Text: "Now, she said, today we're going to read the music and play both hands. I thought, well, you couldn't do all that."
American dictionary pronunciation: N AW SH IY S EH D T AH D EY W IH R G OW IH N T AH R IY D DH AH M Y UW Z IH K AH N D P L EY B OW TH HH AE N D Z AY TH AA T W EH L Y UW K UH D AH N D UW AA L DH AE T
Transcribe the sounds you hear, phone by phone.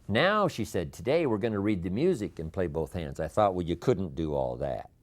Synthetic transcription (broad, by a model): N AW SH IY S EH D T AH D EY W IH R G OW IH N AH R IY D DH AH M Y UW Z IH K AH N P L EY B OW TH HH AE N D Z AY TH AA T W EH L Y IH K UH D N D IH AA L DH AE T